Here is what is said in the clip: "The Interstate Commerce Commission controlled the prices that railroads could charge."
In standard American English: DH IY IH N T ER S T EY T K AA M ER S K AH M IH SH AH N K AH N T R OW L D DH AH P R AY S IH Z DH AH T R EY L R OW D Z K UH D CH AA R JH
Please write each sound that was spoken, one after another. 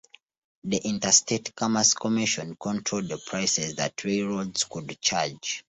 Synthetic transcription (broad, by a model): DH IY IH N T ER S T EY T K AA M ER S K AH M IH SH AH N K AH N T R OW L D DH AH P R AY S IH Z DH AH T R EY R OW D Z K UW D CH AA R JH